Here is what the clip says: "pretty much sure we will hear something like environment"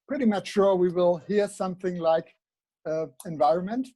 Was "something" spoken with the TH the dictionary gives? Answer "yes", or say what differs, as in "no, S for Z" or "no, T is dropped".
yes